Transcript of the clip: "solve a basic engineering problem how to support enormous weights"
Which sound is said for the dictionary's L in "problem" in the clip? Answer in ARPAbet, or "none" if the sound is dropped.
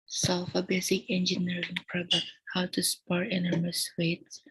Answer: none